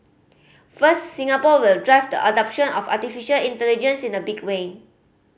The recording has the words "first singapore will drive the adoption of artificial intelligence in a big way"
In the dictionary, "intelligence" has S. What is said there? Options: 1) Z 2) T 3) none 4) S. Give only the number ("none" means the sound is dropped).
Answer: 4